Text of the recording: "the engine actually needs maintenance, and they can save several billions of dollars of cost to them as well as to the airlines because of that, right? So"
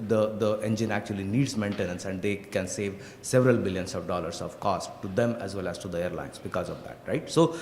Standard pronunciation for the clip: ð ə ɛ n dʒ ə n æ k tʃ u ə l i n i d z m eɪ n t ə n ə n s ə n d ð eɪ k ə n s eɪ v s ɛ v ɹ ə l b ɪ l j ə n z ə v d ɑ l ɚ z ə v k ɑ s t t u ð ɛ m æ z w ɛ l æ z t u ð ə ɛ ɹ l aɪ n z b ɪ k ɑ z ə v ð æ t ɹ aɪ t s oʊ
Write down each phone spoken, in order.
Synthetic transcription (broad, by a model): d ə ɛ n dʒ ə n æ k tʃ u ə l i n i d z m eɪ n t ə n ə n s ə n d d eɪ k ə n s eɪ v s ɛ v ɹ ə l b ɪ l j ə n s ə v d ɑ l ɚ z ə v k ɑ s t t u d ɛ m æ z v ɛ l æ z t u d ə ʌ ɹ l aɪ n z b ɪ k ɑ z ə v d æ t ɹ aɪ t s oʊ